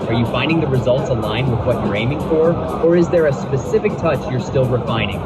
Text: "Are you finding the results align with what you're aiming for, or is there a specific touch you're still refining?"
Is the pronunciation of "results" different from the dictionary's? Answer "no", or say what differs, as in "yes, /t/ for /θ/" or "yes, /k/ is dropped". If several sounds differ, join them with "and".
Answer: no